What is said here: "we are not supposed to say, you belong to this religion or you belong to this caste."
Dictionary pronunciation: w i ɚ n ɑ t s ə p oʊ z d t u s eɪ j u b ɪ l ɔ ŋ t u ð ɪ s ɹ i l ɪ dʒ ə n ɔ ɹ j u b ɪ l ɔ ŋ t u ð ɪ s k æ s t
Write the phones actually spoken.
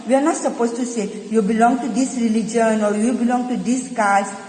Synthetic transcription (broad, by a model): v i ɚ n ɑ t s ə p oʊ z t u s eɪ j u b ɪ l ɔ ŋ t u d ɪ s ɹ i l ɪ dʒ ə n ɔ ɹ j u b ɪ l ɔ ŋ t u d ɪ s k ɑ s